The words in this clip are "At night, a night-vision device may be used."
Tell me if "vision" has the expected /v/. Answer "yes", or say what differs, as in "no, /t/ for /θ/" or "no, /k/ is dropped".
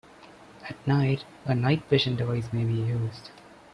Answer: no, /p/ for /v/